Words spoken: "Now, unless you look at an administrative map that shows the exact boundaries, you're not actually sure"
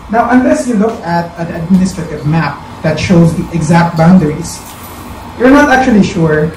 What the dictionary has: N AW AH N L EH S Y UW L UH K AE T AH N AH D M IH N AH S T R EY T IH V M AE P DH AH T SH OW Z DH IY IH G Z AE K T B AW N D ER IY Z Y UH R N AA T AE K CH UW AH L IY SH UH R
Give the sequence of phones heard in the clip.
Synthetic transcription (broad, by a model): N AW AH N L EH S Y UW L UH K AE T AH N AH D M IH N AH S T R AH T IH V M AE P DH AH T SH OW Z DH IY IH G Z AE K T B AW N D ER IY S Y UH R N AA T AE K CH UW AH L IY SH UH R